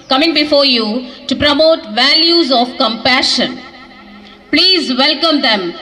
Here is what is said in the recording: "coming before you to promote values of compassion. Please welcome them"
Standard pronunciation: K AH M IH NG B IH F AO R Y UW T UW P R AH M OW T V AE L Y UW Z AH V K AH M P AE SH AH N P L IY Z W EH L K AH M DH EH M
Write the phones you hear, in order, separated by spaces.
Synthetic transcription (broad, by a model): K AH M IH NG B IH F AO R Y UW T UW P R AH M OW T V AE L Y UW Z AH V K AH M P AE SH AH N P L IY Z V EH L K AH M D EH M